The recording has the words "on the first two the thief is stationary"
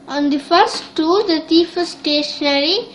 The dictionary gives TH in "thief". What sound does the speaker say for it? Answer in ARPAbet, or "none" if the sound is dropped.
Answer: T